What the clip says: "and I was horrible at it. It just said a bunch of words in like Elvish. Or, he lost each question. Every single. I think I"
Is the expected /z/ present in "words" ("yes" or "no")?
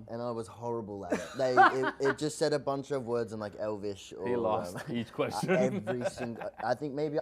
yes